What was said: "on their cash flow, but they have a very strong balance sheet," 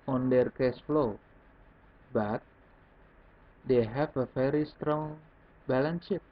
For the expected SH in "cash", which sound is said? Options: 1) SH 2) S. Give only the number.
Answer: 2